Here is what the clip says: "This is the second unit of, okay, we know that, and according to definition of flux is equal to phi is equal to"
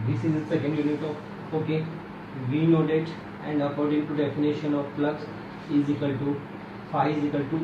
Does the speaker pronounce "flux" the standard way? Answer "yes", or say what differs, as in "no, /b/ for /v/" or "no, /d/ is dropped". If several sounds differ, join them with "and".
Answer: no, /p/ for /f/